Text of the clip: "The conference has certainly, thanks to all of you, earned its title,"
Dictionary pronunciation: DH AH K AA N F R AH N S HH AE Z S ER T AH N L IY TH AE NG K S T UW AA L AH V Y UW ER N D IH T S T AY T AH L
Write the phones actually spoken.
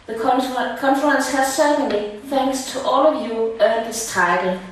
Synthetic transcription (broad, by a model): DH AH K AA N F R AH N S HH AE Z S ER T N L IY TH AE NG K S T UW AA L AH V Y UW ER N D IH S T AY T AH L